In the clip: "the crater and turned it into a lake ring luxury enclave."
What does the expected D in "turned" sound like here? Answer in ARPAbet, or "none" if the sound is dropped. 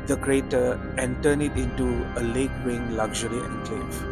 none